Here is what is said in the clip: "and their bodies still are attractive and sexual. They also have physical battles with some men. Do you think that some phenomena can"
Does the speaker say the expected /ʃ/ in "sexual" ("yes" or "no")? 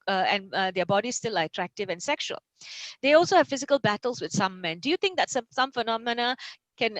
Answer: yes